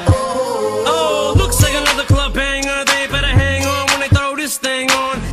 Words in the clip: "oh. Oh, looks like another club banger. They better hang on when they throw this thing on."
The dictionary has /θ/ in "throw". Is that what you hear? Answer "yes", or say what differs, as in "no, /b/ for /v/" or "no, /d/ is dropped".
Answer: no, /t/ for /θ/